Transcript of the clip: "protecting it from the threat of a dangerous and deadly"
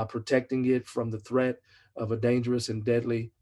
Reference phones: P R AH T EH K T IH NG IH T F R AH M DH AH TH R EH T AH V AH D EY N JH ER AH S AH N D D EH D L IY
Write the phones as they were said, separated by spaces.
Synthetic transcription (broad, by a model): P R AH T EH K T IH NG IH T F R AH M DH AH TH R EH T AH V AH D EY N JH ER AH S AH N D D EH D L IY